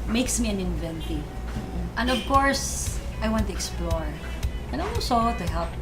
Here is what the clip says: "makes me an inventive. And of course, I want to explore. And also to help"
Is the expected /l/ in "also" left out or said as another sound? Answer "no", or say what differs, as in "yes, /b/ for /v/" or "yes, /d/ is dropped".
yes, /l/ is dropped